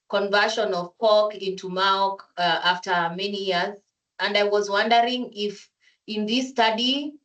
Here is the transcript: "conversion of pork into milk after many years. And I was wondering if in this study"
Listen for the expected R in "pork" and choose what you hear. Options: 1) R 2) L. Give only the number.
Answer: 2